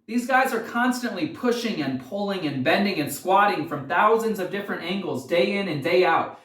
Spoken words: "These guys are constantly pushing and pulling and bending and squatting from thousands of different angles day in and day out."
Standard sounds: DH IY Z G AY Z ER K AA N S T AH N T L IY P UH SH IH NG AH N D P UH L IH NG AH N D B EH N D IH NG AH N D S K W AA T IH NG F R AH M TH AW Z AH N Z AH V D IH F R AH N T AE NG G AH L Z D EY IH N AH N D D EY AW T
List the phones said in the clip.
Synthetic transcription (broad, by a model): DH IY Z G AY Z ER K AA N S T AH N T L IY P UH SH IH NG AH N P UH L IH NG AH N B EH N D IH NG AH N S K W AA T IH NG F R AH M TH AW Z AH N Z AH V D IH F R AH N T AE NG G L Z D EY IH N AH N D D EY AW T